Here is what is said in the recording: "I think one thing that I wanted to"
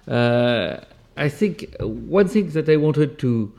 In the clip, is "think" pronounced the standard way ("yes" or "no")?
yes